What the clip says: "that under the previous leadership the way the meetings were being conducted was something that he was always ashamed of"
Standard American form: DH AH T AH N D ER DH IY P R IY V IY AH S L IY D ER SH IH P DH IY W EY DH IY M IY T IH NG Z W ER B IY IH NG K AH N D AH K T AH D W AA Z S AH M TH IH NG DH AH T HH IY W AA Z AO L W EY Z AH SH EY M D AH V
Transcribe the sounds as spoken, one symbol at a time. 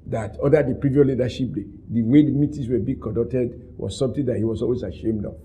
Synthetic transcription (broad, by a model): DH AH T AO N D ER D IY P R IY V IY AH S L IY D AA SH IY P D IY W EY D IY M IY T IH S W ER B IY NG K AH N D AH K T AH D W AA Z S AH M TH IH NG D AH T HH IY W AA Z AO L W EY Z AH SH EY M D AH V